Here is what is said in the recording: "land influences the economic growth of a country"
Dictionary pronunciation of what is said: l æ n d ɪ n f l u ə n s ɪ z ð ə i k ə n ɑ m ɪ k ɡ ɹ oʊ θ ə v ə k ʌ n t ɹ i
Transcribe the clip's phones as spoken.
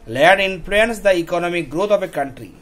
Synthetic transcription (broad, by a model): l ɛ d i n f l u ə n s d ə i k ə n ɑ m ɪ k ɡ ɹ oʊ t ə p ə k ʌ n t ɹ i